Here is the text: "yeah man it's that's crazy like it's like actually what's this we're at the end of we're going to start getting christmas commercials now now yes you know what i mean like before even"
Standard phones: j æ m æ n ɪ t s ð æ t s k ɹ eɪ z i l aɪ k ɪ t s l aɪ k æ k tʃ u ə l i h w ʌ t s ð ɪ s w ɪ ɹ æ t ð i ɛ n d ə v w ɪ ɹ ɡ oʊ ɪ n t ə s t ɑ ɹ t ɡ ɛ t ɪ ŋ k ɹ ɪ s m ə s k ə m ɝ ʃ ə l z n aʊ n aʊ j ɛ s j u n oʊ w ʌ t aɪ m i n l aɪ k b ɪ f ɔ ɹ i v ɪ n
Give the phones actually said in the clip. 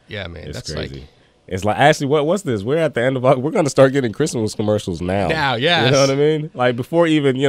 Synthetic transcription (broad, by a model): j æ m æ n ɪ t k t k ɹ eɪ z i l ɪ t s l aɪ k æ k tʃ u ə w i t w ʌ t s ð ɪ s w ɪ ɹ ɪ t ð i ɛ n d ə v w ɪ ɹ ɡ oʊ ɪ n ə s t ɑ ɹ t ɡ ɛ t ɪ ŋ k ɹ ɪ s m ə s k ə m ɝ ʃ l z n aʊ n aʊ j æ j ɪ n oʊ w ʌ t aɪ m i n l aɪ k b ɪ f ɔ ɹ i v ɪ n